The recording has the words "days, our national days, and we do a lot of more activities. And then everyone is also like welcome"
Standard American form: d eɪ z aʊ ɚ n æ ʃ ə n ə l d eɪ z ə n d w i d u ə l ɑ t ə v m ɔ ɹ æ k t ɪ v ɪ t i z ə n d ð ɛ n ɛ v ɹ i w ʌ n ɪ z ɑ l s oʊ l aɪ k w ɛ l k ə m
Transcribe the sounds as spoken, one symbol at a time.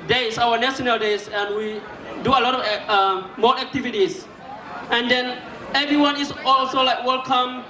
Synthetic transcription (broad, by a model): d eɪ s aʊ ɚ n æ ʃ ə n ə l d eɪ s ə n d w i d u ə l ɑ t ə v m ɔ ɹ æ k t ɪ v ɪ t i s ə n d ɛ n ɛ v ɹ i w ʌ n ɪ s ɑ l s oʊ l aɪ k w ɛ l k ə m